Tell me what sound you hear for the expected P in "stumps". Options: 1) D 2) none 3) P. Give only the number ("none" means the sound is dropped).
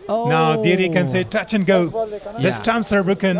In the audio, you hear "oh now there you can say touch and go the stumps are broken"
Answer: 2